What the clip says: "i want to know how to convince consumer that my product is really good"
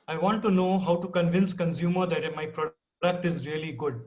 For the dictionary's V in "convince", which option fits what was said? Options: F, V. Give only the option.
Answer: V